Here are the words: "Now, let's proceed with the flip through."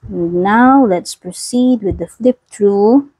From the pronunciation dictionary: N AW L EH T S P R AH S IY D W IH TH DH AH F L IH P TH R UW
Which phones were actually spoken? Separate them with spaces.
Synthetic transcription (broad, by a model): N AW L EH T S P R AH S IY D W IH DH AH F L IH P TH R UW